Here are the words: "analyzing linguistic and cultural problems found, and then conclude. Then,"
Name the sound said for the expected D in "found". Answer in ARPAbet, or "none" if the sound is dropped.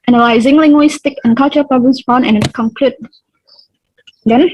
none